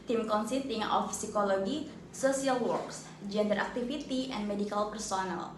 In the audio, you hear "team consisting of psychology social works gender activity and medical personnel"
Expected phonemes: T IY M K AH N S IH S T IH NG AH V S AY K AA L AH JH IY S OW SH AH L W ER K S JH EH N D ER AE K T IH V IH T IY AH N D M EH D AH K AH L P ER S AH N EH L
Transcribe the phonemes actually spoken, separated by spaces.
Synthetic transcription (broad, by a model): T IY M K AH N S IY T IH NG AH F S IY K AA L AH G IY S OW S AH L W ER K S JH EH N D ER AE K T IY F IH T IY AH N M EH D AH K AH L P ER S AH N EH L